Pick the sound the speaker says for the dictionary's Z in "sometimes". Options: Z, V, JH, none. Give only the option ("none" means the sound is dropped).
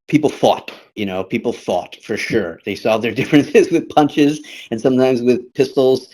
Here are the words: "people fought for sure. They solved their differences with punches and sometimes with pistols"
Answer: Z